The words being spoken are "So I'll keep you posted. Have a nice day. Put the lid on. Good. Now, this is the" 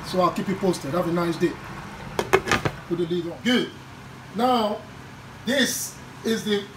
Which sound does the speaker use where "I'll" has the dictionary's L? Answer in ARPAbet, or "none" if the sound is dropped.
L